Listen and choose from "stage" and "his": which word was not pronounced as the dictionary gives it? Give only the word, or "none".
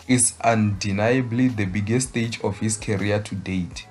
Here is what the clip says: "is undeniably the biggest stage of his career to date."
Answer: his